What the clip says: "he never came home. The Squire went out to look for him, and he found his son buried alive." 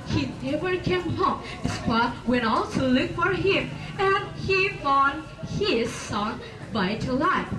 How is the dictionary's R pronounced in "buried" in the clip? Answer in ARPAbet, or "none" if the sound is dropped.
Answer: none